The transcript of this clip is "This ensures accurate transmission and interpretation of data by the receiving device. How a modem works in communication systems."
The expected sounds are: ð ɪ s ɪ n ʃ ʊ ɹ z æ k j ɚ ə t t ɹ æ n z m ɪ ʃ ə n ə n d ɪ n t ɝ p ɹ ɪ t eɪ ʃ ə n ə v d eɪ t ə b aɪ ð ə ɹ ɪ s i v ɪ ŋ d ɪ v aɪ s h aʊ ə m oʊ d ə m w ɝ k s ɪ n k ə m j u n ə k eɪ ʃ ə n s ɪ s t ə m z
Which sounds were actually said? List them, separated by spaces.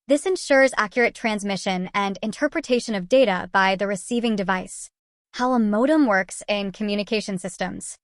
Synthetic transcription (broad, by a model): ð ɪ s ɪ n ʃ ʊ ɹ z æ k j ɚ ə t t ɹ æ n z m ɪ ʃ ə n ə n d ɪ n t ɝ p ɹ ɪ t eɪ ʃ ə n ə v d eɪ t ə b aɪ ð ə ɹ ɪ s i v ɪ ŋ d ɪ v aɪ s h aʊ ə m oʊ d ə m w ɝ k s ɪ n k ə m j u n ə k eɪ ʃ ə n s ɪ s t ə m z